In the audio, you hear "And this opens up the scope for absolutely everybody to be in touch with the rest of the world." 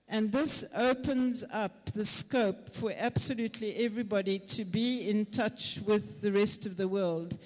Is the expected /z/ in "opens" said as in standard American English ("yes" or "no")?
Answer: yes